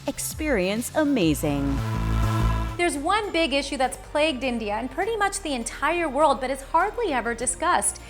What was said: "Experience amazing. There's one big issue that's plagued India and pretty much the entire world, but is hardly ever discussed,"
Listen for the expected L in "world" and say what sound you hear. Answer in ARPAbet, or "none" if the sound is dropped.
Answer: L